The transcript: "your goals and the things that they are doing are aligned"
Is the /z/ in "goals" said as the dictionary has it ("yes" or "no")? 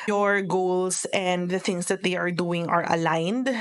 no